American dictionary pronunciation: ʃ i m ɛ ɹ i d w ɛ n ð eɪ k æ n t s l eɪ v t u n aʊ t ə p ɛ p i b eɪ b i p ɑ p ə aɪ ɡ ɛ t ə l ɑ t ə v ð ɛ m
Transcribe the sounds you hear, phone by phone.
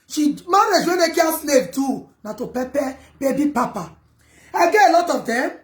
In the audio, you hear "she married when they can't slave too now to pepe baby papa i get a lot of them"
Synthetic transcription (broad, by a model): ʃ i m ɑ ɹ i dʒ w ɛ n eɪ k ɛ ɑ s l eɪ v t u n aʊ t ə p ɛ p i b eɪ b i p ɑ p ə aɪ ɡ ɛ ə l ɑ t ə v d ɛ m